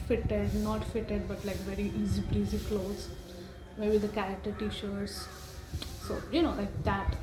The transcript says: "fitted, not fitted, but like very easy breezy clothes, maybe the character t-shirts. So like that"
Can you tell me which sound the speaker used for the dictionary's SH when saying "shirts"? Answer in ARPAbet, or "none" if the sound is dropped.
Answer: SH